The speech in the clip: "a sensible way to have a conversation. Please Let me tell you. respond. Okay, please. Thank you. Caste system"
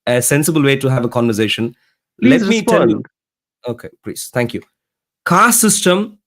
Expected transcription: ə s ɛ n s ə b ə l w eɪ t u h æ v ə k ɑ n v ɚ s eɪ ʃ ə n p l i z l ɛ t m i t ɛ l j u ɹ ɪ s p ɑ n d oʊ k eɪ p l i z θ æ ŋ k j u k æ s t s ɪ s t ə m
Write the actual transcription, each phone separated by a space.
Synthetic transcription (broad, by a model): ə s ɛ n s ə b ə l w eɪ t u h æ v ə k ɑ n v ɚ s eɪ ʃ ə n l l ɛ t m i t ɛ n j u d oʊ k eɪ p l i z t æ ŋ k j u k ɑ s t s ɪ s t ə m